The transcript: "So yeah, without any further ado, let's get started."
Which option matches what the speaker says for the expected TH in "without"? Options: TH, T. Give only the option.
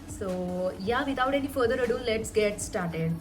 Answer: T